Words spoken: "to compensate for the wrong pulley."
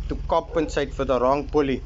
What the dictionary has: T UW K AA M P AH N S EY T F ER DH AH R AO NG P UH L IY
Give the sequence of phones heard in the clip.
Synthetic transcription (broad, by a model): T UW K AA P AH N S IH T F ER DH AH R AO NG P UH L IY